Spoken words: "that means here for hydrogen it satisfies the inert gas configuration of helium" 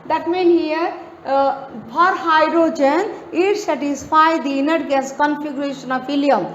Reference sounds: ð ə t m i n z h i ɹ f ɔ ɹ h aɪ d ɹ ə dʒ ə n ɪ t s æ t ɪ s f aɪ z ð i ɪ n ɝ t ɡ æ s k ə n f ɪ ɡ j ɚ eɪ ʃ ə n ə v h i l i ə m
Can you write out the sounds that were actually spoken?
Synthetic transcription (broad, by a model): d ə t m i n h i ɹ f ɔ ɹ h aɪ d ɹ ə dʒ ə n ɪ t s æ t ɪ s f aɪ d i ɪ n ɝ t ɡ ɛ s k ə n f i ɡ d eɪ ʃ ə n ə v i l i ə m